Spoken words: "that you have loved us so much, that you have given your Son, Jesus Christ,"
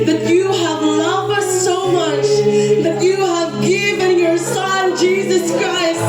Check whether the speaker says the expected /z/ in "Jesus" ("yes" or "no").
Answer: yes